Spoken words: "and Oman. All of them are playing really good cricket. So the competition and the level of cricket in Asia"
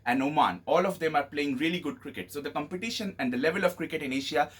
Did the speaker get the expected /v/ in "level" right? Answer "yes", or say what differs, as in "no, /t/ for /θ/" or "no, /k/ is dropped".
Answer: yes